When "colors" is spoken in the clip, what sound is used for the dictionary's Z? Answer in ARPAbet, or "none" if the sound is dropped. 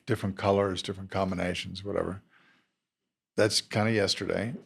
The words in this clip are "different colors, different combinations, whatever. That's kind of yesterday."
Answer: Z